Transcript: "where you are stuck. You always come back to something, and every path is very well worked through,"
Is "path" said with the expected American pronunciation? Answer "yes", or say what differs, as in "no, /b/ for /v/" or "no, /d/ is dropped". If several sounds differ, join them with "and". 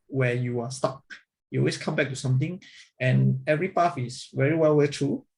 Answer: no, /f/ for /θ/